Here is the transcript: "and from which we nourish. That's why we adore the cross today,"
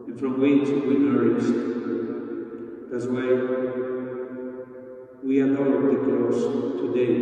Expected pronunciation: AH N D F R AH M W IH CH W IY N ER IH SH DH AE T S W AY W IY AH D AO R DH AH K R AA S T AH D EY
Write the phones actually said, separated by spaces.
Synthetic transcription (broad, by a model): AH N F R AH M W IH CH W IY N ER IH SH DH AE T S W AY W IY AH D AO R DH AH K L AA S T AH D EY